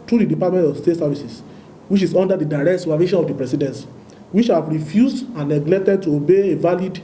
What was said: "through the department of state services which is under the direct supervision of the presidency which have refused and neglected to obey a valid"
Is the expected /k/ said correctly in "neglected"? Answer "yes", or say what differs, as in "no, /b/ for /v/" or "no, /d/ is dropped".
yes